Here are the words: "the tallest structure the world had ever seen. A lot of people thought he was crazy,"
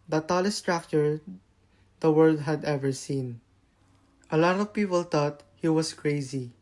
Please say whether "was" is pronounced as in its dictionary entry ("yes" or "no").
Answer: no